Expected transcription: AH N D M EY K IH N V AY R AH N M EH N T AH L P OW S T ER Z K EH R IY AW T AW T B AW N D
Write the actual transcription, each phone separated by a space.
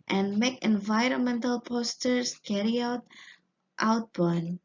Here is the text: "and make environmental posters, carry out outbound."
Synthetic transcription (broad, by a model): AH N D M EY K IH N V AY R AH N M EH N T AH L P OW S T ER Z K EH R IY AW T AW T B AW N